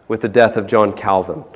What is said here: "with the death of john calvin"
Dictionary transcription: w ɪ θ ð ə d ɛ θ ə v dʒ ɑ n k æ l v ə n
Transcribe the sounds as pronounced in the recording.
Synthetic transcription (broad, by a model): w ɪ ð ə d ɛ θ ə v dʒ ɑ n k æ l v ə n